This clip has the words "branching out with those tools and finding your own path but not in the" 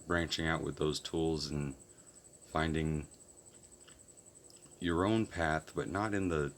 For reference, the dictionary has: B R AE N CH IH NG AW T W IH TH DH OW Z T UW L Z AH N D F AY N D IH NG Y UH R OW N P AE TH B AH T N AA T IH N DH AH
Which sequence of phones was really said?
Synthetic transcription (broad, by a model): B R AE N CH IH NG AW T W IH DH OW Z T UW L Z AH N F AY N D IH NG Y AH R OW N P AE TH B AH T N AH T IH N DH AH